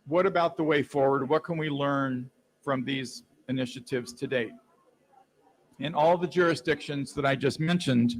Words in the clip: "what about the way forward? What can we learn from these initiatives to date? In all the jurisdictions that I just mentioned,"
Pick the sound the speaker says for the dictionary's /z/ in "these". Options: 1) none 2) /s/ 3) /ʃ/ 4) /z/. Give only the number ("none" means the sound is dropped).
4